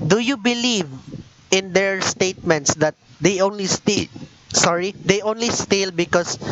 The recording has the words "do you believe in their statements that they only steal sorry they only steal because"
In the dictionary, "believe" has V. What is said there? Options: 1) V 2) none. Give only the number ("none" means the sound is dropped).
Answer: 1